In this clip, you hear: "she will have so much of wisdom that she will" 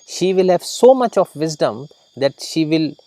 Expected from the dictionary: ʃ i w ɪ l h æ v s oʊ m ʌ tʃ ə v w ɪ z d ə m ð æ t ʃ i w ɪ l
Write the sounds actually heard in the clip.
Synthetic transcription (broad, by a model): ʃ i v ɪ l h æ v s oʊ m ʌ tʃ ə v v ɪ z d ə m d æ t ʃ i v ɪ l